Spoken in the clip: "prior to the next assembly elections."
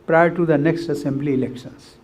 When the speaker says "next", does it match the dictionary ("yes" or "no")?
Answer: yes